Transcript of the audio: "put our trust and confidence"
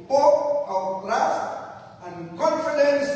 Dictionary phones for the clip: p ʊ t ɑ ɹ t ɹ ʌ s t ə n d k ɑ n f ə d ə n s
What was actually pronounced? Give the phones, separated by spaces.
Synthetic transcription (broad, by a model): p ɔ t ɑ w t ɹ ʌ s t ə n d k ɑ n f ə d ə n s